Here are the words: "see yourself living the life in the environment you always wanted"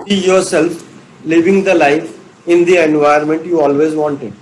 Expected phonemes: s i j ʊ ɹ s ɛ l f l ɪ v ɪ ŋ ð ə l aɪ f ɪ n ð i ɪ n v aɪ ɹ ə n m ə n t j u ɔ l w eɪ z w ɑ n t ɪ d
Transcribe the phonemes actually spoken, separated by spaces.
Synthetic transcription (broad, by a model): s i j ʊ ɹ s ɛ l f l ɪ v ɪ ŋ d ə l aɪ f ɪ n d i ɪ n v aɪ ə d m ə n t j u ɔ l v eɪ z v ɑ n t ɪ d